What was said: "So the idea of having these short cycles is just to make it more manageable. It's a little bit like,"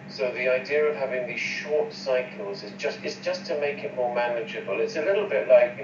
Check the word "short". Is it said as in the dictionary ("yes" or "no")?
yes